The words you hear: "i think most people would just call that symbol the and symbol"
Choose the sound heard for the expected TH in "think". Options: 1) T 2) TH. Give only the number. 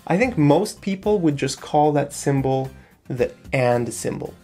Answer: 2